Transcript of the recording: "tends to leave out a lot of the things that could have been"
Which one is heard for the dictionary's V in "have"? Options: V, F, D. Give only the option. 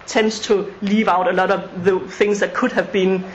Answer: V